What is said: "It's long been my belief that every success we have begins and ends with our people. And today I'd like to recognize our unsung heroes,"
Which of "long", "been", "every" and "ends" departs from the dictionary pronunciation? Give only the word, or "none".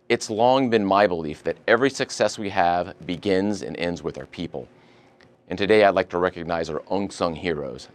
none